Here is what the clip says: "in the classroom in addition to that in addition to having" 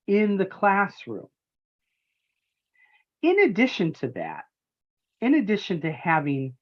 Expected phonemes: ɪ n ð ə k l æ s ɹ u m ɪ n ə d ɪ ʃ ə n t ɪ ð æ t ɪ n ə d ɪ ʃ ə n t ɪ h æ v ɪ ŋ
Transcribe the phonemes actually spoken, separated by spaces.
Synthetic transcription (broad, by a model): ɪ n ð ə k l æ s ɹ u m ɪ n ə d ɪ ʃ ə n t ɪ ð æ t ɪ n ə d ɪ ʃ ə n t ɪ h æ v ɪ ŋ